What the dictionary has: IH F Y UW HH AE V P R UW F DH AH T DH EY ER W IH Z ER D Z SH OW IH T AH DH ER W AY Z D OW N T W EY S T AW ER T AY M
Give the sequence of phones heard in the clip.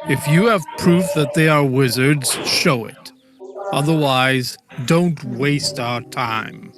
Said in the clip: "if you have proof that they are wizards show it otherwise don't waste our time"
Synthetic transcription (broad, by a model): IH F Y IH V P R UW F DH AH T DH EY ER W IH Z ER D Z SH OW IH T AH DH ER W AY Z D OW N T W EY S T AW ER T AY M